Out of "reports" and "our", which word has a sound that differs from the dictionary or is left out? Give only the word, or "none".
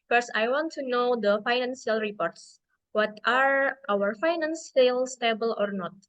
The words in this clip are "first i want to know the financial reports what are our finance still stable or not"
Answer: none